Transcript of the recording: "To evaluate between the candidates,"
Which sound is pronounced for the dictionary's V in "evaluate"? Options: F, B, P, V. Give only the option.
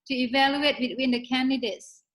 V